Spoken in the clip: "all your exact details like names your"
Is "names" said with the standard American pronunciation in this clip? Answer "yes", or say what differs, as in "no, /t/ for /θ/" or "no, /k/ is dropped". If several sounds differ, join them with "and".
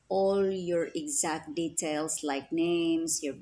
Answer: no, /s/ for /z/